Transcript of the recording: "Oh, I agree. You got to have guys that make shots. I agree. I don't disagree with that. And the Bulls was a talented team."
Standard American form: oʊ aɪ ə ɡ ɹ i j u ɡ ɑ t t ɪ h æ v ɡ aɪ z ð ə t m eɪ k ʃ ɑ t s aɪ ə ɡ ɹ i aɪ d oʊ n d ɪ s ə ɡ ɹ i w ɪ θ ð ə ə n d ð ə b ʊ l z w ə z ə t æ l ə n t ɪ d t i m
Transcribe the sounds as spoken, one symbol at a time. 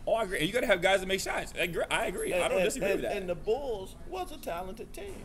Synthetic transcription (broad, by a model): oʊ aɪ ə ɡ ɹ i j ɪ ɡ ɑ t t ɪ v ɡ aɪ z ð ə t m eɪ k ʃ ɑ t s aɪ ə ɡ ɹ i aɪ d oʊ n d ɪ s ə ɡ ɹ i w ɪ ð ə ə n ð ə b ʊ l z w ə s ə t æ l ə n t ɪ d t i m